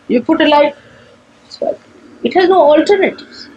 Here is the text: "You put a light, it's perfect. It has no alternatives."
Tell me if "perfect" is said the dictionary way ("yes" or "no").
no